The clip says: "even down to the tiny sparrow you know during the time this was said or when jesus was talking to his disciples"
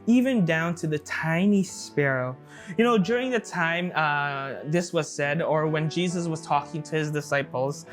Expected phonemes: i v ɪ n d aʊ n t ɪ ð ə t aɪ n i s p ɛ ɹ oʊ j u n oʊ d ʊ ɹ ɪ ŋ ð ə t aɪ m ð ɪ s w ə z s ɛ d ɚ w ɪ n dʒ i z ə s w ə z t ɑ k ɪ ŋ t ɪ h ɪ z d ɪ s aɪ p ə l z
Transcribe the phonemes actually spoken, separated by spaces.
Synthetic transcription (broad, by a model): i v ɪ n d aʊ n t ɪ ð ə t aɪ n i s p ɛ ɹ oʊ j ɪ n oʊ d ʊ ɹ ɪ ŋ ð ə t aɪ m ð ɪ s w ə z s ɛ d ɚ w ɪ n dʒ i z ə s w ə z t ɑ k ɪ ŋ t ɪ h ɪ z d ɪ s aɪ p l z